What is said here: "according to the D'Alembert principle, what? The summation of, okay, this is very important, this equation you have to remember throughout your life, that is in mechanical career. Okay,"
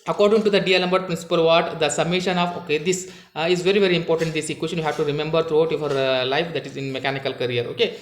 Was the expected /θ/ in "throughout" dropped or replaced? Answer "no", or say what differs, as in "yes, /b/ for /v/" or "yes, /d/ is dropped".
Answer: yes, /t/ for /θ/